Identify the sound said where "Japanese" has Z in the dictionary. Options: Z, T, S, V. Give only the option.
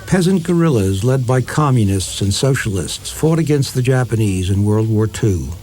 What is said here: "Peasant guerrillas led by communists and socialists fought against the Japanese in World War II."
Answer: Z